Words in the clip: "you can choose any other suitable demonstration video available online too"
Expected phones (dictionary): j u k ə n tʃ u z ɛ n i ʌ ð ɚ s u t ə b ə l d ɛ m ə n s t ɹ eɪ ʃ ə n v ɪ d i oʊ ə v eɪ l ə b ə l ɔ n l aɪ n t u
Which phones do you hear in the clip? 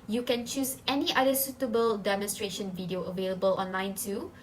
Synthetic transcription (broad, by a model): j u k ə n tʃ u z ɛ n i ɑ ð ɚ s u t ə b ə l d ɛ m ə n s t ɹ eɪ ʃ ə n v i d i oʊ ə v eɪ l ə b ə l ɔ n l aɪ n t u